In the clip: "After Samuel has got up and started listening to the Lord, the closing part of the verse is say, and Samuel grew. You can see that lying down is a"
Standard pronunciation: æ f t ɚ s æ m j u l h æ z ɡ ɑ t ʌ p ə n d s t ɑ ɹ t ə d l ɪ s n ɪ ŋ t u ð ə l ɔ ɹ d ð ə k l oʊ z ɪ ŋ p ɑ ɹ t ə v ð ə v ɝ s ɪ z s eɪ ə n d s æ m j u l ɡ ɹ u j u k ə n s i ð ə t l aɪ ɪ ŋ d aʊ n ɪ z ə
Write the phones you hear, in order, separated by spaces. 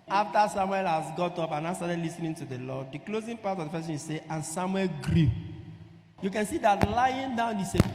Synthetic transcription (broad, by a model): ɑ f t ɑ s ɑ m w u l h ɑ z ɡ ɑ t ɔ p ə n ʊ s t ɑ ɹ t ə d l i s n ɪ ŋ t u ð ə l ɔ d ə k l oʊ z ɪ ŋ p ɑ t ə v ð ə f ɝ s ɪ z s eɪ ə n s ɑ m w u l ɡ ɹ u j u k ə n s i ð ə t l aɪ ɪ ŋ d aʊ n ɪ s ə